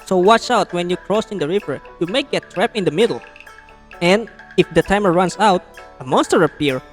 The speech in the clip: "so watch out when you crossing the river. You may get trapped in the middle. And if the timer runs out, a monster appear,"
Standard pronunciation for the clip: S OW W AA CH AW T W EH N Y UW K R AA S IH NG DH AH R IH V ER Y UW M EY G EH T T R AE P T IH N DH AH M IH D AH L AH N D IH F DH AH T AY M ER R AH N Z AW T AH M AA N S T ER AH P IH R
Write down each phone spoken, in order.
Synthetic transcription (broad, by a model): S OW W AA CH AW T W EH N Y UW K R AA S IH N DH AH R IH V ER Y UW M EY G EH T T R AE P IH N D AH M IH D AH L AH N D IH F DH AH T AY M ER R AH N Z AW T AH M AA N S T ER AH P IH R